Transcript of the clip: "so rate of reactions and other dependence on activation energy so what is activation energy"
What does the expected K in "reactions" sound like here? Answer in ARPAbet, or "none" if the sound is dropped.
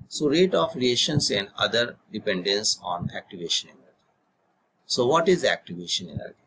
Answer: none